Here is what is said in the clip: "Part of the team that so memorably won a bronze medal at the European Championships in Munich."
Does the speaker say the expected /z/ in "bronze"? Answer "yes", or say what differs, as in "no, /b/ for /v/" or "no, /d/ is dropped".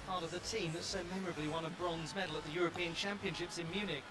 yes